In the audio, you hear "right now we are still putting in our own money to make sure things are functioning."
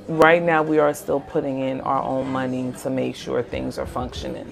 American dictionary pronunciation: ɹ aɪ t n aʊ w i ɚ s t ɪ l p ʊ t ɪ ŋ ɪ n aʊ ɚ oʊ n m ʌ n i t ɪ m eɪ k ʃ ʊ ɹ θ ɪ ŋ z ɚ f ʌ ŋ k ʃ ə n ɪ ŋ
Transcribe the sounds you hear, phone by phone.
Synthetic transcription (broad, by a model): ɹ aɪ t n aʊ w i ɚ s t ɪ l p ʊ t ɪ ŋ ɪ n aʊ ɚ oʊ n m ʌ n i t ɪ m eɪ k ʃ ʊ ɹ θ ɪ ŋ z ɚ f ʌ ŋ k ʃ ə n ɪ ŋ